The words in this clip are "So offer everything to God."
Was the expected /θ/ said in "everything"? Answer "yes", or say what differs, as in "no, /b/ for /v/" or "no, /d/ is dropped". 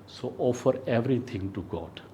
no, /t/ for /θ/